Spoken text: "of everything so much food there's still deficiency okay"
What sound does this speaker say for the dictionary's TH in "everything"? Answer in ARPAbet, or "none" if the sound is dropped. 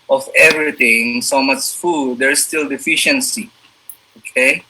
T